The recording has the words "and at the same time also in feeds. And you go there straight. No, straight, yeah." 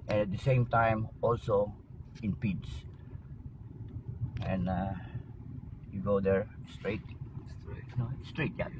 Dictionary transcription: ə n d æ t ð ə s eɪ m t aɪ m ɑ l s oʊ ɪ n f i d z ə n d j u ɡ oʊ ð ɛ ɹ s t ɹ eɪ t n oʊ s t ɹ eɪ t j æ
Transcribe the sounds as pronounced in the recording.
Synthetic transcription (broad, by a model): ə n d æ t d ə s eɪ m t aɪ m ɑ l s oʊ ɪ n p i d s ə n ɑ j u ɡ oʊ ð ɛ ɹ s t ɹ eɪ t n oʊ s t ɹ eɪ t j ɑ